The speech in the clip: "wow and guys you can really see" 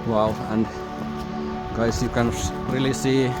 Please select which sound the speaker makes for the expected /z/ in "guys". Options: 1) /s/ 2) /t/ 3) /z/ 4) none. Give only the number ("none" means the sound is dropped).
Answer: 1